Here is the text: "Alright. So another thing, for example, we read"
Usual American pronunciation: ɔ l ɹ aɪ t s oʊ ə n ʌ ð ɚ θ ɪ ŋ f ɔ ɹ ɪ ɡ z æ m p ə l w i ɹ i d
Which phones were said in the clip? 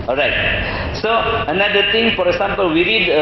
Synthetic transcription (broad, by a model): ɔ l ɹ aɪ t s oʊ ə n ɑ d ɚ t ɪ ŋ f ɔ ɹ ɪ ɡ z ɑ m p ə l w i ɹ i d